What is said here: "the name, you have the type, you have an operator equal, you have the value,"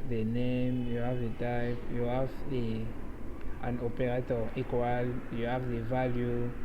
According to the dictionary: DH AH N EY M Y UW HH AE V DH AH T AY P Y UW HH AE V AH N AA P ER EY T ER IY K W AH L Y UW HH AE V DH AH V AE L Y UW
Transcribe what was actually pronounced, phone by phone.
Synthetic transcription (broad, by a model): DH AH N EY M Y UW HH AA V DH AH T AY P Y UW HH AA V AH N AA P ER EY T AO IY K W AH L Y UW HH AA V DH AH V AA L Y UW